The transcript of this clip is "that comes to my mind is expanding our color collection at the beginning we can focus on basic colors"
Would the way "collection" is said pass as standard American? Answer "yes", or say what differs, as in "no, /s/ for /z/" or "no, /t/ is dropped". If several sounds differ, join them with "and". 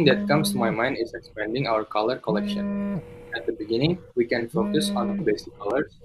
yes